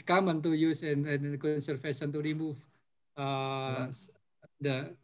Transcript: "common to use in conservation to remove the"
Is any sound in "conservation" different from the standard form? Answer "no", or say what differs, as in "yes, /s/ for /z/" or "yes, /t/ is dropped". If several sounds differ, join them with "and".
yes, /f/ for /v/